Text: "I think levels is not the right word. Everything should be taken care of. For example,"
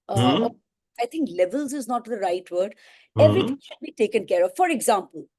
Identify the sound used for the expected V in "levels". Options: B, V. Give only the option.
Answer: V